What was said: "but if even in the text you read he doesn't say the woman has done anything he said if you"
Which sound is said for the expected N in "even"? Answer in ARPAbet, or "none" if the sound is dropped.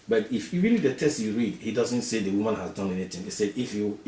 L